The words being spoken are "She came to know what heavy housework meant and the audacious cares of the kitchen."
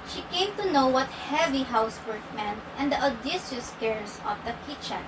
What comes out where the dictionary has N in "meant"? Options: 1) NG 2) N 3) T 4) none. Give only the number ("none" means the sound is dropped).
2